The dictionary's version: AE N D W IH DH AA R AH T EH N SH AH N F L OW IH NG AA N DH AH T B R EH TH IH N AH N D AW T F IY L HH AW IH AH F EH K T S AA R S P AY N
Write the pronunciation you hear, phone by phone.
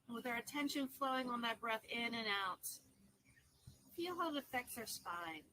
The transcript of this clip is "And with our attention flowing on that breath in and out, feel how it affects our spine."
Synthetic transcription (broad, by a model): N W IH DH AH R AH T EH N SH AH N F L OW IH NG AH N DH AH T B R EH TH IH N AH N AW T F IY L HH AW IH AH F EH K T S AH R S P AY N